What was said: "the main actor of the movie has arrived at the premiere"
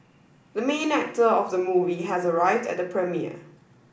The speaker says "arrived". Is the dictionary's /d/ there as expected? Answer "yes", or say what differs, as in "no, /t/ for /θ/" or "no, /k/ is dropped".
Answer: yes